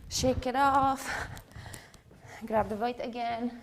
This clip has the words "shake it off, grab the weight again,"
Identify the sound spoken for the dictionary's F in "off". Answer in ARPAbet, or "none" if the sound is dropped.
F